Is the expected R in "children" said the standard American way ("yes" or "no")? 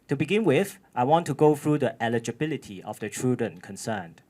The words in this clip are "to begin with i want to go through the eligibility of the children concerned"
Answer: no